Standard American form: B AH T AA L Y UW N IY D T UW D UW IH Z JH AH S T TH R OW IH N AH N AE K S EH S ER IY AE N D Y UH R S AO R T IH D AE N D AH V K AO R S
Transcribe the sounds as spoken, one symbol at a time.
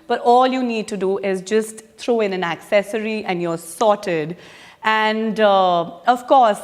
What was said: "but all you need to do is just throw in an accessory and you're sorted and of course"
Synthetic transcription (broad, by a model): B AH T AA L Y UW N IY D T UW D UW IH Z JH AH S T T R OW IH N AH N AE K S EH S ER IY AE N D Y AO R S AO T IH D AE N D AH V K AO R S